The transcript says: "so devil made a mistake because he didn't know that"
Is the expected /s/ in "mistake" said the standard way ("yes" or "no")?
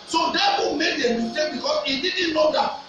no